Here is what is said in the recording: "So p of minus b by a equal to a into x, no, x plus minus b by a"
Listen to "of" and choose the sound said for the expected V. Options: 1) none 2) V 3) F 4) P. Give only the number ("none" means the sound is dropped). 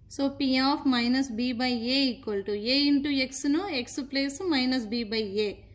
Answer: 4